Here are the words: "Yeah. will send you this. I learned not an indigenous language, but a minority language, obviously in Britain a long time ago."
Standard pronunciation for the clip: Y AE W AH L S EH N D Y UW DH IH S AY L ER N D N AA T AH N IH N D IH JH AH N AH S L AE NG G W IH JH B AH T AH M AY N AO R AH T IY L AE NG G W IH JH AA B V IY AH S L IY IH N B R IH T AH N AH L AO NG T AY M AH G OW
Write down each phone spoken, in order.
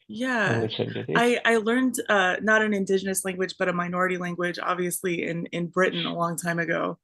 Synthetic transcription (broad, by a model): Y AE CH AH IH AY L ER N D N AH T AH N IH N D IH JH AH N AH S L AE NG G W IH JH B AH T AH M AY N AO R AH T IY L AE NG G W IH JH AA B V IY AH S L IY IH N B R IH T N AH L AO NG T AY M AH G OW